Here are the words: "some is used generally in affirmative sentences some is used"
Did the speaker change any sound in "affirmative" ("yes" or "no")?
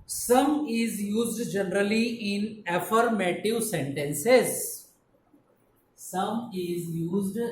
no